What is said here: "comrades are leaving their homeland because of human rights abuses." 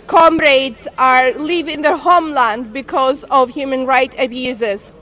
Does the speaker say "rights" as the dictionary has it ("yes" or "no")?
no